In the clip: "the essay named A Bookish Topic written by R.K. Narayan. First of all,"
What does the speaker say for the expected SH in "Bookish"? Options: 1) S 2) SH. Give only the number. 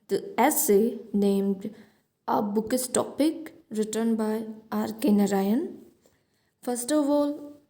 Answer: 1